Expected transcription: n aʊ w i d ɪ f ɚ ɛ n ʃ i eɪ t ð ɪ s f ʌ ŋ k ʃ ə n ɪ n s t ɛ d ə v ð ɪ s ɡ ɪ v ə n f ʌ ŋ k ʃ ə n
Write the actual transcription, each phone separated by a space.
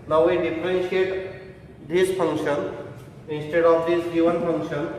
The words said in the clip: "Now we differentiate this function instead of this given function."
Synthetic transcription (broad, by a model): n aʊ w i d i p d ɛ n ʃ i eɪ t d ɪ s p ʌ ŋ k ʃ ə n ɪ n s t ɛ d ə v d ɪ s ɡ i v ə n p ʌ ŋ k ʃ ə n